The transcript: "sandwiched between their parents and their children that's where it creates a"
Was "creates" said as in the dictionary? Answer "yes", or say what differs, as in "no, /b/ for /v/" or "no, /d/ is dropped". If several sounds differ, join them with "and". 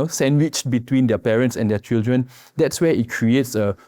yes